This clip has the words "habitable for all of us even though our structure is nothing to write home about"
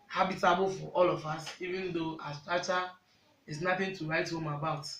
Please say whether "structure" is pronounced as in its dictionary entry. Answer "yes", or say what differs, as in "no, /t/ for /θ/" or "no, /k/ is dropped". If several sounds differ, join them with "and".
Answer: no, /ɹ/ is dropped and /k/ is dropped